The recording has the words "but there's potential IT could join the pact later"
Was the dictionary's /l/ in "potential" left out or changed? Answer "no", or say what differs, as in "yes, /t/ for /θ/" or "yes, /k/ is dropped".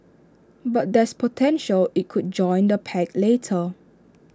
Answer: no